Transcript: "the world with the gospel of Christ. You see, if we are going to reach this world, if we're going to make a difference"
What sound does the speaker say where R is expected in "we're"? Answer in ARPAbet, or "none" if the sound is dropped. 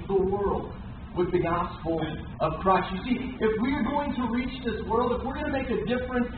R